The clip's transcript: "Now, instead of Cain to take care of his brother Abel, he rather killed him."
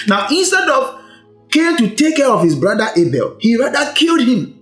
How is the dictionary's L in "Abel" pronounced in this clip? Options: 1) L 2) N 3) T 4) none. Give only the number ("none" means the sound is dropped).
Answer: 1